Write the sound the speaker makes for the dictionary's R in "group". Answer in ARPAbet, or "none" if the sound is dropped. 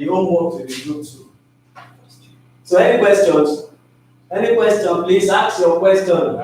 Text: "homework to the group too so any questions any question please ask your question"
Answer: none